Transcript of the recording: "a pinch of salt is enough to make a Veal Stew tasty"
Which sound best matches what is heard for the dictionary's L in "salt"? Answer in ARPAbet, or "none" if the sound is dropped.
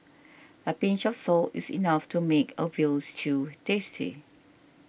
L